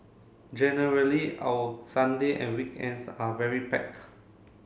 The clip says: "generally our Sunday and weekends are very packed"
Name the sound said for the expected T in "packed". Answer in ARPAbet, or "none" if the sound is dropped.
none